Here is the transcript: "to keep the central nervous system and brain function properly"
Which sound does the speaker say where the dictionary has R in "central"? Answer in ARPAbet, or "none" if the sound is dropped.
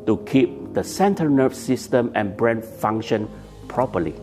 none